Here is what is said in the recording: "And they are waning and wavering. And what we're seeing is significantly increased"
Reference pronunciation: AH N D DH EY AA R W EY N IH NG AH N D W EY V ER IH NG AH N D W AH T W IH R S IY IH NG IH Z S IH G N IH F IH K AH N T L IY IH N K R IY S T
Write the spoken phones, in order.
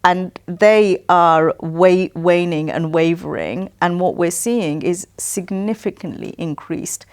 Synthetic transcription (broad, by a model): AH N DH EY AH W W EY N IH NG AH N W EY V ER IH NG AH N W AH T W IH R S IY IH NG IH Z S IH G N IH F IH K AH N T L IY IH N K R IY S T